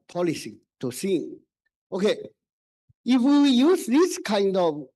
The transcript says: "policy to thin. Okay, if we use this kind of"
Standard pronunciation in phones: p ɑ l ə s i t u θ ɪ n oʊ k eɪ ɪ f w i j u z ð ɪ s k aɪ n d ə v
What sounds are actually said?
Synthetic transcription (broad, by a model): p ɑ l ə s i t u s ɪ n oʊ k eɪ ɪ f w i j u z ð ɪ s k aɪ n d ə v